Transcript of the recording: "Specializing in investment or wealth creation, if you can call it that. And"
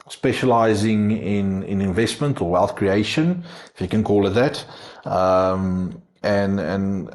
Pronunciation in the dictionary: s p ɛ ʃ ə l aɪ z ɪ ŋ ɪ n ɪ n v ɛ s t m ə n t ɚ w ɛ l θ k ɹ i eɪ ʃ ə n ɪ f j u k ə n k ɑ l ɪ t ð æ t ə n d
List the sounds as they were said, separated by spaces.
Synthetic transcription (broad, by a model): s p ɛ ʃ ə l aɪ z ɪ ŋ ɪ n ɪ n v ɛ s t m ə n t ɚ w ɛ l θ k ɹ i eɪ ʃ ə n ɪ f j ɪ k ə n k ɑ l ɪ t ð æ t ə n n